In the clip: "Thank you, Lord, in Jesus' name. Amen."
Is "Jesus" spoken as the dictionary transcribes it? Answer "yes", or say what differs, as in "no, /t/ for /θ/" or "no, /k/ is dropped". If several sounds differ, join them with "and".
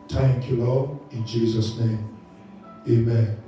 yes